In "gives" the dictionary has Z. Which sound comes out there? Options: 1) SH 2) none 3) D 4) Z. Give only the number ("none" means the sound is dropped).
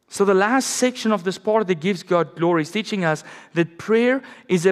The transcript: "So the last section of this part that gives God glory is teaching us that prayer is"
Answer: 4